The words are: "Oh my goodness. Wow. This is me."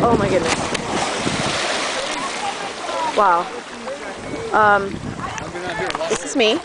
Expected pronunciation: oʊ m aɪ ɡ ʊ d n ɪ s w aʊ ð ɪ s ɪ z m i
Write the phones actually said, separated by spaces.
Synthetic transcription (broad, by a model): oʊ m aɪ ɡ ʊ d n ɪ s w aʊ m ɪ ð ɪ s m i